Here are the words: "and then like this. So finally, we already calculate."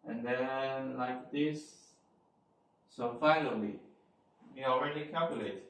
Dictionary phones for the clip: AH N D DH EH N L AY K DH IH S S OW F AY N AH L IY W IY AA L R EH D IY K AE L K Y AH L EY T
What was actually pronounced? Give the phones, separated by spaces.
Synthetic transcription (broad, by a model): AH N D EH N L AY K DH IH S S OW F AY L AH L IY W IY AA L R EH D IY K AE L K Y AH L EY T